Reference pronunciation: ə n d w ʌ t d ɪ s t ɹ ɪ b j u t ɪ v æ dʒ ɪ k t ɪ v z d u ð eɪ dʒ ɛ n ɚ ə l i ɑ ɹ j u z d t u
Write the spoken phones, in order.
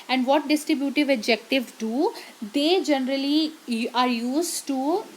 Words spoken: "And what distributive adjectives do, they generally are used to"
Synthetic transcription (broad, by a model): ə n d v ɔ t d ɪ s t ɹ ɪ b j u t ɪ v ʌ dʒ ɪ k t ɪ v d u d eɪ dʒ ɛ n ɚ ə l i ɑ ɹ j u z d t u